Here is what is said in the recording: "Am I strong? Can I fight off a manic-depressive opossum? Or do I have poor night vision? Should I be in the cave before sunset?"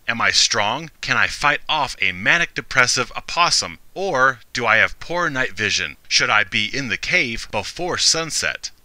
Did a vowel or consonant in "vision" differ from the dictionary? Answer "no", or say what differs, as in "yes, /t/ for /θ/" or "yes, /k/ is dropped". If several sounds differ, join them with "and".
no